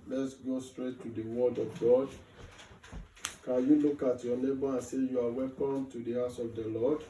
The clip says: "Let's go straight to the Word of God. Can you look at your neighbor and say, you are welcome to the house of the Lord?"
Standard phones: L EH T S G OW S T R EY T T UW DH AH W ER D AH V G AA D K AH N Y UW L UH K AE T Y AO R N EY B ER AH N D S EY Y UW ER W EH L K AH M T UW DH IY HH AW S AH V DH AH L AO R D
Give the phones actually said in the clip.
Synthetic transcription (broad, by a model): L EH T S G OW S T R EY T T UW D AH W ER D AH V G AA D K AH N Y UW L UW K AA T Y AO N EY B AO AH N S EY Y UW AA W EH K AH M T UW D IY HH AW S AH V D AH L AO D